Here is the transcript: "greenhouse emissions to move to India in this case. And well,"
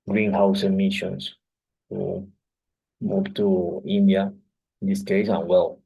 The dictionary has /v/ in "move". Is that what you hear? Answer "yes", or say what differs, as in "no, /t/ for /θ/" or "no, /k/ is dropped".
no, /p/ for /v/